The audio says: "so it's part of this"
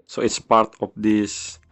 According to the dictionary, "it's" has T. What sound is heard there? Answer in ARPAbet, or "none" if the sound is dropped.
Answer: T